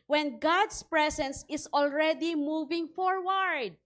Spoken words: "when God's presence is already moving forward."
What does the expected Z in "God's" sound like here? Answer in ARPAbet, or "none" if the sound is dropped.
S